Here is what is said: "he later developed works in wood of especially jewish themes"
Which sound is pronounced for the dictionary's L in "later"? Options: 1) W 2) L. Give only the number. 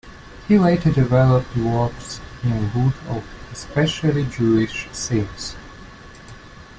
1